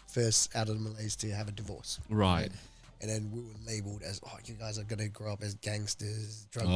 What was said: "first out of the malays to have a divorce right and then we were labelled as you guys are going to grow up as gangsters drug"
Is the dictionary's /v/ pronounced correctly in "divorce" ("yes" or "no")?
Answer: yes